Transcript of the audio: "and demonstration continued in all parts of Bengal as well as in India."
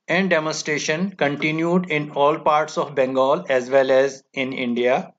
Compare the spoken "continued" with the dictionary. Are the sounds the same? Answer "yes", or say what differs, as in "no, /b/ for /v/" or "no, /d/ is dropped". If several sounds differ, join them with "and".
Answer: yes